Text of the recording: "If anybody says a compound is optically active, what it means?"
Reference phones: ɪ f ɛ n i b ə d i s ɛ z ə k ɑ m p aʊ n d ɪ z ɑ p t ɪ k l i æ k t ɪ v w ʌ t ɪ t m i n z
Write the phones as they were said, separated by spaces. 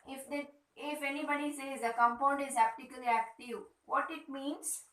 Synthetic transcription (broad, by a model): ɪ f ɛ n i b ə d i s ɛ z ə k ɑ m p aʊ n d ɪ z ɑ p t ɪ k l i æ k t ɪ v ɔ t ɪ t m i n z